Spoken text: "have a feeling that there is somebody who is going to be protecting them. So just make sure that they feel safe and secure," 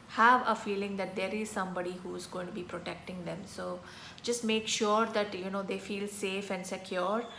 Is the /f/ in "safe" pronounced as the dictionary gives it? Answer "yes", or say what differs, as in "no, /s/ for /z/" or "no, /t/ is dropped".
yes